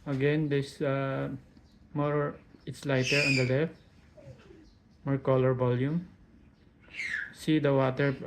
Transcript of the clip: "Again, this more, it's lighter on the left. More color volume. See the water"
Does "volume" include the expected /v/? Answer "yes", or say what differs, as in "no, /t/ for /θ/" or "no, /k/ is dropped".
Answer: no, /b/ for /v/